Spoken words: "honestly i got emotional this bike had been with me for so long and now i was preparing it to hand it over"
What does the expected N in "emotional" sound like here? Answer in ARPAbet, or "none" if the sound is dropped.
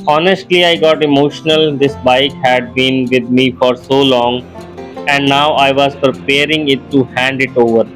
N